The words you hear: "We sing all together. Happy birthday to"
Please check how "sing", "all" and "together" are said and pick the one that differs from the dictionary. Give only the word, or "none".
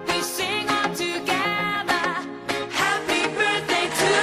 all